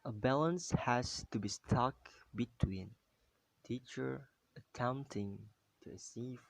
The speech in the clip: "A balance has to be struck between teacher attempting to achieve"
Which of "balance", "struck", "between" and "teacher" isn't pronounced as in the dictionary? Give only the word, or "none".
struck